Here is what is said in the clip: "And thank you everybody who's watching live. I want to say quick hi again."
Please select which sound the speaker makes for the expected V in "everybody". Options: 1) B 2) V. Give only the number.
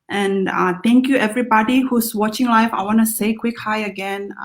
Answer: 2